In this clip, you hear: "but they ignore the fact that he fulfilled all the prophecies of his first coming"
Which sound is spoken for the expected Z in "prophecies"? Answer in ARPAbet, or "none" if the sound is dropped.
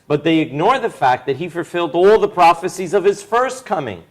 Z